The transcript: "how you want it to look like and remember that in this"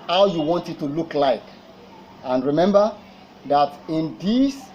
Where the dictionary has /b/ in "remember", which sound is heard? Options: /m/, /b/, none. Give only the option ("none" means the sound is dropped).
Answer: /b/